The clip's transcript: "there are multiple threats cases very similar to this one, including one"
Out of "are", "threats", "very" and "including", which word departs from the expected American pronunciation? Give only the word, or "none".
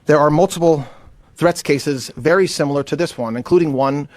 none